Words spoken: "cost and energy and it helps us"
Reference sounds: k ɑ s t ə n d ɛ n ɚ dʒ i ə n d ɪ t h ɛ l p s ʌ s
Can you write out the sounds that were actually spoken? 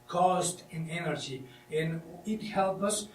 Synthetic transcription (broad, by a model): k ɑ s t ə n ɛ n ɚ dʒ i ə n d ɪ t h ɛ l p ʌ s